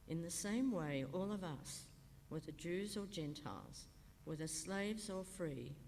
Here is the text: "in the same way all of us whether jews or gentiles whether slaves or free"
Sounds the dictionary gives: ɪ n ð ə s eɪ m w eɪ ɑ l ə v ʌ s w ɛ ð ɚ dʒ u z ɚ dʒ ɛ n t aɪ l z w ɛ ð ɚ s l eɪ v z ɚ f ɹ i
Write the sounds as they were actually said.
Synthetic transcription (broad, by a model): ɪ n ð ə s eɪ m w eɪ ɑ l ə v ʌ s w ɛ ð ɚ dʒ u z ɚ dʒ ɛ n t aɪ l z w ɛ ð ɚ s l eɪ v z ɚ f ɹ i